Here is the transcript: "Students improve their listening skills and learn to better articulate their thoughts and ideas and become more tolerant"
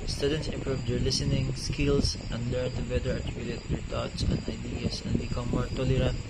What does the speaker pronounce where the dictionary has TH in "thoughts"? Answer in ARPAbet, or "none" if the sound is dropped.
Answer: T